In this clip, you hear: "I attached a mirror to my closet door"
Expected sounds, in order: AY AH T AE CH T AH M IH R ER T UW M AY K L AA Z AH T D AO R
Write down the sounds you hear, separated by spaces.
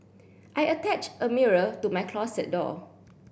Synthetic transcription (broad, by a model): AY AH T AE CH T AH M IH R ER T UW M AY K L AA S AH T D AO